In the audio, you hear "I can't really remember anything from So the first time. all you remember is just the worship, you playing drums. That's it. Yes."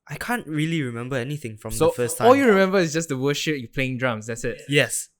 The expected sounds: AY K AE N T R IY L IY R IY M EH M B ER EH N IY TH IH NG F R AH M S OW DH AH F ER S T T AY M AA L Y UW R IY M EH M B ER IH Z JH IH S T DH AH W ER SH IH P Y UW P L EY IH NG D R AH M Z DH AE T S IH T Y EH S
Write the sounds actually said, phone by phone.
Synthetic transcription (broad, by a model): AY K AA N T R IY L IY R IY M EH M B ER EH N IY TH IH NG F R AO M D OW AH F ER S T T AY AA L Y UW R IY M EH M B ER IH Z JH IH S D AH W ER SH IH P Y UW P L EY IH NG D R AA M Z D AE T S IH T Y EH S